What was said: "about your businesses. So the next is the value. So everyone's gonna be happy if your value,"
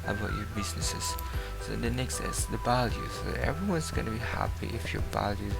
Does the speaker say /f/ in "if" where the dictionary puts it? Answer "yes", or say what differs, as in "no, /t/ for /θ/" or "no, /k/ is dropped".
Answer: yes